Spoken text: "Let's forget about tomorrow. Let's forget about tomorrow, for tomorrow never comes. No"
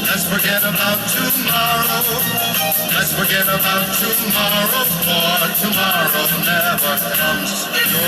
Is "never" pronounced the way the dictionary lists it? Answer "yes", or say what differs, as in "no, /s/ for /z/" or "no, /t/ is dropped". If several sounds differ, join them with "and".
no, /v/ is dropped